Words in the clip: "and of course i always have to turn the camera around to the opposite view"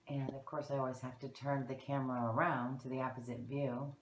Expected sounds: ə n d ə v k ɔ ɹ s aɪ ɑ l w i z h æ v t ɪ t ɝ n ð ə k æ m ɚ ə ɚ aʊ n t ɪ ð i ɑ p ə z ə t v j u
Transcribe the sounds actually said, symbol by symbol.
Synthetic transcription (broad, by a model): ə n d ə v k ɔ ɹ s aɪ ɑ l w i z h æ f t ɪ t ɝ n ð ə k æ m ɚ ə ɚ aʊ n t ɪ ð i ɑ p ə z ə t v j u